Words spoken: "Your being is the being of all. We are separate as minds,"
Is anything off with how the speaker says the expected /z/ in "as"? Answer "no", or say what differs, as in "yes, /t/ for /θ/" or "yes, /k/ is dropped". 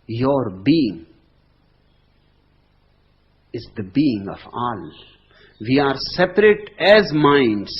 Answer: no